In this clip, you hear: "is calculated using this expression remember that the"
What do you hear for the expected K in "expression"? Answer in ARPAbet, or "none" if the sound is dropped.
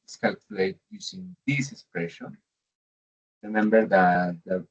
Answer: K